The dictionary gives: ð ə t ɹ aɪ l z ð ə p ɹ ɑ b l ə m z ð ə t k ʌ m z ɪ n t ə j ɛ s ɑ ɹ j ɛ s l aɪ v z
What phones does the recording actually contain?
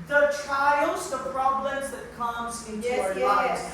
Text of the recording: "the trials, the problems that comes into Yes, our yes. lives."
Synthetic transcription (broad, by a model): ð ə t ɹ aɪ l z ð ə p ɹ ɑ b l ə m z ð ə t k ʌ m z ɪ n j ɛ ɑ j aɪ